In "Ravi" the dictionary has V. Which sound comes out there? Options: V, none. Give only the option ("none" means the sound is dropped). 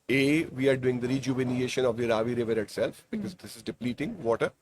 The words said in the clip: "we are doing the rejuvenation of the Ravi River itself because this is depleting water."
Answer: V